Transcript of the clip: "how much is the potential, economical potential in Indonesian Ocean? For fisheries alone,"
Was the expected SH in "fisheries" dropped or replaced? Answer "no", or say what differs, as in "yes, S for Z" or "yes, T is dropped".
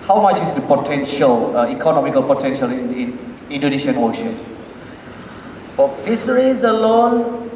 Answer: yes, S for SH